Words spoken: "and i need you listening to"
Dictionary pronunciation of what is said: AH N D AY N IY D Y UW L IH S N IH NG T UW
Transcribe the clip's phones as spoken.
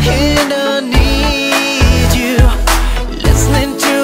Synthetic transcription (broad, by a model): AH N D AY N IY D Y UW L IH S N IH NG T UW